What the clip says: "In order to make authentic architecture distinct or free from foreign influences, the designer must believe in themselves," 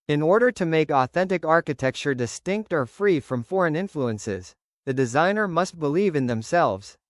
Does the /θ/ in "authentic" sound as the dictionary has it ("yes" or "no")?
yes